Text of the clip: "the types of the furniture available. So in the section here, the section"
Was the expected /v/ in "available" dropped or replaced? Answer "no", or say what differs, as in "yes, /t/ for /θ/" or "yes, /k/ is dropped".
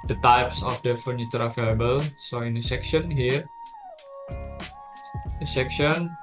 yes, /f/ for /v/